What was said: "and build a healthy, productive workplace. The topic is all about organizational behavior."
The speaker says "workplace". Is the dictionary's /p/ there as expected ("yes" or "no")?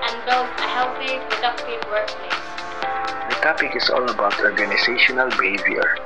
no